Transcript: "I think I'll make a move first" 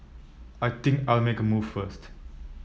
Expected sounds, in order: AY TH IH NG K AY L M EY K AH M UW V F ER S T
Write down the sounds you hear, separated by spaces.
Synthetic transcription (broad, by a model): AY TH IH NG K AY L M EY K AH M UW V F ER S T